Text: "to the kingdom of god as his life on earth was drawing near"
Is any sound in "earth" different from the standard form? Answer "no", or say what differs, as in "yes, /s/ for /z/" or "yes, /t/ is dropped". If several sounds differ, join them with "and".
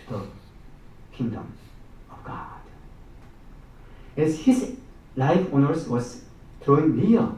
yes, /s/ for /θ/